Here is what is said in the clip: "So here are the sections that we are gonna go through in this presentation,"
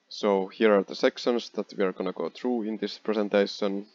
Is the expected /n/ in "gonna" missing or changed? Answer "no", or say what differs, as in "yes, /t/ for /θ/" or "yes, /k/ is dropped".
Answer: no